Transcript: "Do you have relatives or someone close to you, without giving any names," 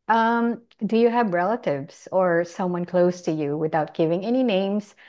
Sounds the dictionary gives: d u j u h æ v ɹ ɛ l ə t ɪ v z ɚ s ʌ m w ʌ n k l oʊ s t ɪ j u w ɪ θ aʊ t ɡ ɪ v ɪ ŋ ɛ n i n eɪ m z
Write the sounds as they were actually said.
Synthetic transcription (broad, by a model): d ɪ j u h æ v ɹ ɛ l ə t ɪ v z ɚ s ʌ m w ʌ n k l oʊ s t ɪ j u w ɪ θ aʊ t ɡ ɪ v ɪ ŋ ɛ n i n eɪ m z